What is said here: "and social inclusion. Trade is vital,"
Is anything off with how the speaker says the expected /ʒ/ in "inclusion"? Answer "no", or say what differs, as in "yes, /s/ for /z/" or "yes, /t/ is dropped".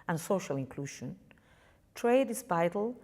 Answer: yes, /ʃ/ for /ʒ/